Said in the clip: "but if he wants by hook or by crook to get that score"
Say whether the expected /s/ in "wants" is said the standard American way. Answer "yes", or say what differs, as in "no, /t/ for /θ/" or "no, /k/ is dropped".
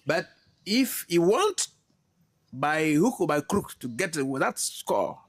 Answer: no, /s/ is dropped